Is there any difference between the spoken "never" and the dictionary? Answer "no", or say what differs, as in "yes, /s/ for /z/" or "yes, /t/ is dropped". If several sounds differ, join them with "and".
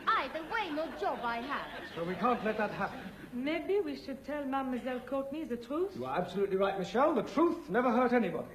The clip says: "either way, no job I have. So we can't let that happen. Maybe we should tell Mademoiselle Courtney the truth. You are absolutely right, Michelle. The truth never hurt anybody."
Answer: no